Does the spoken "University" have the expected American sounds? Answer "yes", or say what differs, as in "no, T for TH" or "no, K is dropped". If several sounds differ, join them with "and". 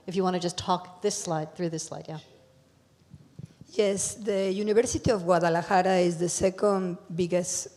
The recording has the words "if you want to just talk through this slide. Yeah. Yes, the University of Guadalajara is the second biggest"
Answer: no, B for V